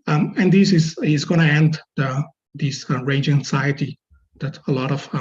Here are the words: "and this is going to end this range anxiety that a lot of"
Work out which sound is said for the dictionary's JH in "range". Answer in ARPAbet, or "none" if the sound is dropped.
JH